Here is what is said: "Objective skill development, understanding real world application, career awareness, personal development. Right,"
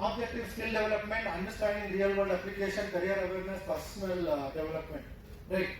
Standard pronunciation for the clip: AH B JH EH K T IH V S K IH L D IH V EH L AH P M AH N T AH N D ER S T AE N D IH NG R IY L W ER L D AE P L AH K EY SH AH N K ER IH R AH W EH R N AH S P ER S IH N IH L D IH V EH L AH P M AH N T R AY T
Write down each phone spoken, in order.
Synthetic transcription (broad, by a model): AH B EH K T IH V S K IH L D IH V L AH P M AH N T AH N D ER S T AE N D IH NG R IY L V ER D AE P L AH K EY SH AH N K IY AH R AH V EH R N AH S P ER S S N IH L D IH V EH L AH P M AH N T R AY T